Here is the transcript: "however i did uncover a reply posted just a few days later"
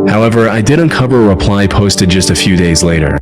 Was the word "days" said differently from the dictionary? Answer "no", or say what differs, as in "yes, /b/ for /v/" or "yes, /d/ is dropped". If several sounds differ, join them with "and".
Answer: no